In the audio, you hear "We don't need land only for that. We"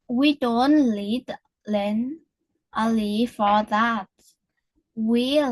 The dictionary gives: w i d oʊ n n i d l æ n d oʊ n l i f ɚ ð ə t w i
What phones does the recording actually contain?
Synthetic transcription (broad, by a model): w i d oʊ n l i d l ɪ n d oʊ l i f ɚ ð ə t w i